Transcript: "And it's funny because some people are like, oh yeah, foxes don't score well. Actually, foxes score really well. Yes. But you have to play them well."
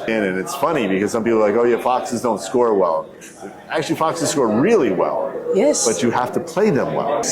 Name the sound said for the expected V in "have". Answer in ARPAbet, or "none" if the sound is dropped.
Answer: F